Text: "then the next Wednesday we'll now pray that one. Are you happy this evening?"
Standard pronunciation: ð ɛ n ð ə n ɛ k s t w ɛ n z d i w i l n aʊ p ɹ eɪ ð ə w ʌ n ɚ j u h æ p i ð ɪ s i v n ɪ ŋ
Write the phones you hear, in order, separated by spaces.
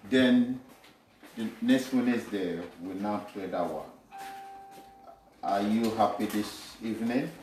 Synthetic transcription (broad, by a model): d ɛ n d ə n ɛ k s t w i n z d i w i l n aʊ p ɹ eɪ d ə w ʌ ɑ j u h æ p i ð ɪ s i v n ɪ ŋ